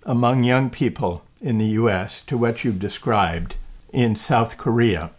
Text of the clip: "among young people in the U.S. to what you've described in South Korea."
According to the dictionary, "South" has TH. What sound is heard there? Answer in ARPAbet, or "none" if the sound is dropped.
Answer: TH